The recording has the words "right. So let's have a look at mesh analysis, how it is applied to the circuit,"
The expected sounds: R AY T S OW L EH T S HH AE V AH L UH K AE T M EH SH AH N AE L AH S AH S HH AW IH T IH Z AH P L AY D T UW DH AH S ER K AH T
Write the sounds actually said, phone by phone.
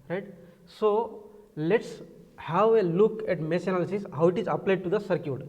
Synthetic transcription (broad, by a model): R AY T S OW L EH T S HH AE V AH L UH K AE T M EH S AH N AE L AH S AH S HH AW IH T IH Z AH P L AY D T UW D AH S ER K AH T